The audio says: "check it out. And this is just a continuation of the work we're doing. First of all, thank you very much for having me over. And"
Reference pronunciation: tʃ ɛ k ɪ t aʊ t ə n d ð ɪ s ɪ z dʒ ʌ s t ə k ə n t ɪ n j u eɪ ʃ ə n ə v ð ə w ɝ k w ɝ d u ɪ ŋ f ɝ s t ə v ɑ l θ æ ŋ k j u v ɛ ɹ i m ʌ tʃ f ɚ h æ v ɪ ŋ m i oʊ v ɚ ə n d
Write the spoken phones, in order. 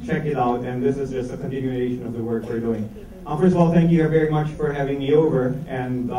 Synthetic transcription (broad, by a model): tʃ ɛ k ɪ t aʊ t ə n ð ɪ s ɪ z dʒ ʌ s t ə k ə n t ɪ n j u eɪ ʃ ə n ə v ð ə w ɝ k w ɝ d u ɪ ŋ f ɝ s t ə v ɑ l θ æ ŋ k j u v ɛ ɹ i m ʌ tʃ f ɚ h æ v ɪ ŋ m i oʊ v ɚ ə n